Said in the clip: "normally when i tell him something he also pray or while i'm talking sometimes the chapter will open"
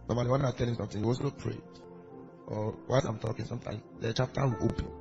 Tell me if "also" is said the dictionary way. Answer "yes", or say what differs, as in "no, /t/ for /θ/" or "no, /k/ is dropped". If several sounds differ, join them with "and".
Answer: no, /l/ is dropped